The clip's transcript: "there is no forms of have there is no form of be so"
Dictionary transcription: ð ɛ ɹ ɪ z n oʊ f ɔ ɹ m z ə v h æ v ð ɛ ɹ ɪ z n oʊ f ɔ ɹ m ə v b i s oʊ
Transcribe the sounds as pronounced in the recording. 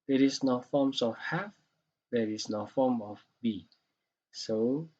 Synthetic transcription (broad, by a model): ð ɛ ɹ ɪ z n oʊ f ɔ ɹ m s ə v h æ f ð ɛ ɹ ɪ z n oʊ f ɔ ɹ m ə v b i s oʊ